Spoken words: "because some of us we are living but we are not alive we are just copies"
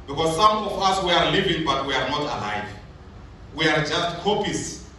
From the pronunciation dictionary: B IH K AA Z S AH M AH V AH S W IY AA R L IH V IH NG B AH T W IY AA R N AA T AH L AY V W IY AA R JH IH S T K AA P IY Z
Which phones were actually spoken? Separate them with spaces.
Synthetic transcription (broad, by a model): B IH K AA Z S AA M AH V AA S W IY AA R L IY V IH NG B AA T W IY AA R N AA T AH L AY V W IY AA R JH IH S T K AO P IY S